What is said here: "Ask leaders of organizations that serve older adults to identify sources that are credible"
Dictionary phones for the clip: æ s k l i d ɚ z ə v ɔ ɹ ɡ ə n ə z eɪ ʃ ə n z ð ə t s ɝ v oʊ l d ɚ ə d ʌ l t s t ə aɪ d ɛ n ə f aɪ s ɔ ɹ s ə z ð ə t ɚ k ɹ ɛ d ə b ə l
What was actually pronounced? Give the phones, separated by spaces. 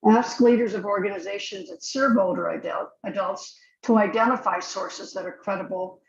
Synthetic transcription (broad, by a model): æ s k l i d ɚ z ə v ɔ ɹ ɡ ə n ə z eɪ ʃ ə n z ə t s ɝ b oʊ l d ɚ ə d ʌ l t s t ə aɪ d ɛ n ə f aɪ s ɔ ɹ s ə z ð ə t ɚ k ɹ ɛ d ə b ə l